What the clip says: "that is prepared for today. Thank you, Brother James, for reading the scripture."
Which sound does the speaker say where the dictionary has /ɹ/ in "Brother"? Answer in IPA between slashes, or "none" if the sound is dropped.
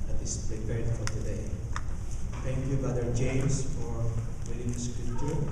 none